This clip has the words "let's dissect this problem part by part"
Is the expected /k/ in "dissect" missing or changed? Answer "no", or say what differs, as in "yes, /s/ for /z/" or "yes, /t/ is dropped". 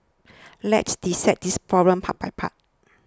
yes, /k/ is dropped